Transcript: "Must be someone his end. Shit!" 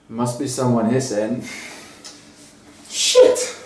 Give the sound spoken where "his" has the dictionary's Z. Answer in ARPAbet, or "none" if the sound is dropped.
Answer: S